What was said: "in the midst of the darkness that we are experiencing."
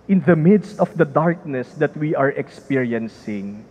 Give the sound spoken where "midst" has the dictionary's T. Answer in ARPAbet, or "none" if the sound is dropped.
T